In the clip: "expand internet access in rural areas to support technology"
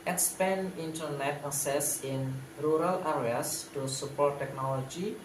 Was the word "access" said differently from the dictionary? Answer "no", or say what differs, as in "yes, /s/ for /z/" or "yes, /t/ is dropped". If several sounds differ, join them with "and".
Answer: yes, /k/ is dropped